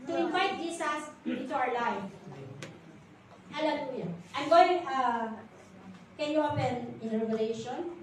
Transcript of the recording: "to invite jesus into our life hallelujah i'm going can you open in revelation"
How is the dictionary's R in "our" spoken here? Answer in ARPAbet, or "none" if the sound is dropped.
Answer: W